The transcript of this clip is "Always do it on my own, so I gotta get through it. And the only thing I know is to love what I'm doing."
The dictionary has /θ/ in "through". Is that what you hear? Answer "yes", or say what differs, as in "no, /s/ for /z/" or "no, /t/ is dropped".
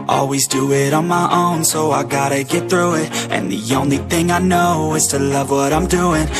yes